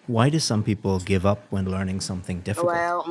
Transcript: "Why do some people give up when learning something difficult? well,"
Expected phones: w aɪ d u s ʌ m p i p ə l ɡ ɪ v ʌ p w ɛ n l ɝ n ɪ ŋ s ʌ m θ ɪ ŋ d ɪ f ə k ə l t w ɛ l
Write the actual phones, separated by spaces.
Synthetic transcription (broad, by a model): w aɪ d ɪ s ʌ m p i p l ɡ ɪ v ʌ p w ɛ n l ɝ n ɪ ŋ s ʌ m θ ɪ ŋ d ɪ f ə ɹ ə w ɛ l